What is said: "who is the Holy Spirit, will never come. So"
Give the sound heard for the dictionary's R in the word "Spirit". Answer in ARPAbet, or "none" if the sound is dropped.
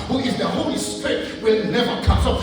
none